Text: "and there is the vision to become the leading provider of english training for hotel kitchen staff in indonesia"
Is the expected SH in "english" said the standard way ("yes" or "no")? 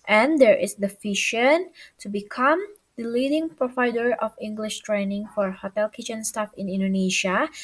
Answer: yes